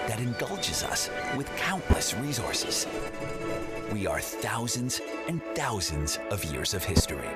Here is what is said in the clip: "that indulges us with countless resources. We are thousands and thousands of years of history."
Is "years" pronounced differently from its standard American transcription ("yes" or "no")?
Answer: no